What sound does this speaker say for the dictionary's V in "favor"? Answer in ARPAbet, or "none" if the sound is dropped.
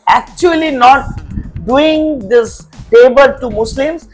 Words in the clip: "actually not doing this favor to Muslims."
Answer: B